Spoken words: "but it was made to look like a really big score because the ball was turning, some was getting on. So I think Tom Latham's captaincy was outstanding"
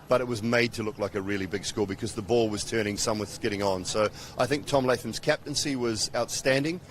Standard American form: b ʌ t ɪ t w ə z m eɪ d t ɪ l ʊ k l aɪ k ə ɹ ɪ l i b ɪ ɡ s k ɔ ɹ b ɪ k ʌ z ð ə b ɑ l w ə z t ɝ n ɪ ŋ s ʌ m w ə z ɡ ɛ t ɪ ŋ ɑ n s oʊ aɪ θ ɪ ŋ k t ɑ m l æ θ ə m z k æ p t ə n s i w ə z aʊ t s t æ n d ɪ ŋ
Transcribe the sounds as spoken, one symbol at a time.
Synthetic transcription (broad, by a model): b ʌ t ɪ t w ə z m eɪ d t ɪ l ʊ k l aɪ k ə ɹ ɪ l i b ɪ ɡ s k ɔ l b ɪ k ʌ z ð ə b ɑ l w ə z t ɝ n ɪ ŋ s ʌ m w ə s ɡ ɛ t ɪ ŋ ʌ n s oʊ aɪ θ ɪ ŋ k t ɑ m l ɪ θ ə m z k æ p t ə n s i w ə z aʊ t s t æ n d ɪ ŋ